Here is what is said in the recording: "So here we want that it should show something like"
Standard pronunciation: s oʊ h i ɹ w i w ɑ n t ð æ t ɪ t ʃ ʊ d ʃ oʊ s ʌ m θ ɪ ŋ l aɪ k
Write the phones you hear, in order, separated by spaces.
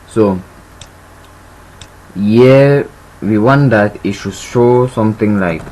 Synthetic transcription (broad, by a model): s oʊ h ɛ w i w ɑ n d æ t ɪ t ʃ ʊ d ʃ oʊ s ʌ m t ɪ ŋ l aɪ k